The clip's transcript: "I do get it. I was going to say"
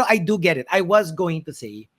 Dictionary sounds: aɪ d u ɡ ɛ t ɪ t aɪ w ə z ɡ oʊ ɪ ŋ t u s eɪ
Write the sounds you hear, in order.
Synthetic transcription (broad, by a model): aɪ d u ɡ ɛ t ɪ t aɪ w ə z ɡ oʊ ɪ ŋ t u s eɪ